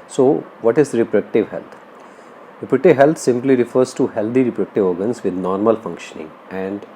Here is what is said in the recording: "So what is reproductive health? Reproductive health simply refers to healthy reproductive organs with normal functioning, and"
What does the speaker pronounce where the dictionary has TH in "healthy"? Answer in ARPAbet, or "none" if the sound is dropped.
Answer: T